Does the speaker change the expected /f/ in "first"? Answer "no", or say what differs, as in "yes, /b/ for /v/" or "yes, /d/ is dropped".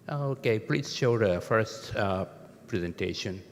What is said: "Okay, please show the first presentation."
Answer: no